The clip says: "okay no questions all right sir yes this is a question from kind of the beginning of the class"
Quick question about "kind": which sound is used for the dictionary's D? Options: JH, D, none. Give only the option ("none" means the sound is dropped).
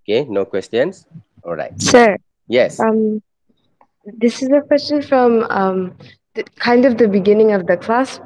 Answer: D